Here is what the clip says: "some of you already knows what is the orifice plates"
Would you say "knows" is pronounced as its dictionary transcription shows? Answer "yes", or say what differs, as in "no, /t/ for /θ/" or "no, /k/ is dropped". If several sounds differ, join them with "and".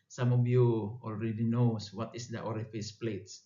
no, /s/ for /z/